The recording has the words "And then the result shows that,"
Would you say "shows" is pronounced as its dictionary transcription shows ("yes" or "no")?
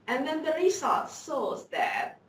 no